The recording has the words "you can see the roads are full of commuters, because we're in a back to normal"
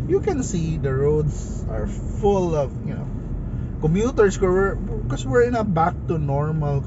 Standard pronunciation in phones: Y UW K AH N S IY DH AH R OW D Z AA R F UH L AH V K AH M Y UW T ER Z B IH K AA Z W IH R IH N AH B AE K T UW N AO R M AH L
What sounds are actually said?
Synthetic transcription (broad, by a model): Y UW K AH N S IY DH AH R OW D S AA R F UH L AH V K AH M Y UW T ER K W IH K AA S W IH R IH N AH B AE K T UW N AO R M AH L